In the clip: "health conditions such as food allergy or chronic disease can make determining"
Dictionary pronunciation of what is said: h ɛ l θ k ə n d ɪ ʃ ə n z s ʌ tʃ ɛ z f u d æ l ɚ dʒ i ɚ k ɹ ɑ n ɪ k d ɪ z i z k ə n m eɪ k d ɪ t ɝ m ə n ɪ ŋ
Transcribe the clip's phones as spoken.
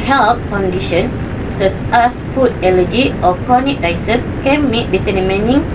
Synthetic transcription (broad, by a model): h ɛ l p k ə n d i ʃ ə n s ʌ s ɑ s f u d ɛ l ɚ dʒ i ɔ k ɹ ɑ n ɪ k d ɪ s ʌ s k ə n m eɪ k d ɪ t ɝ m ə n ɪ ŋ